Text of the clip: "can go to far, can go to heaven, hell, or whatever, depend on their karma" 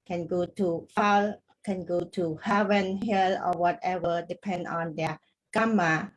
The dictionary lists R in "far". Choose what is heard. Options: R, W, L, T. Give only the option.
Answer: L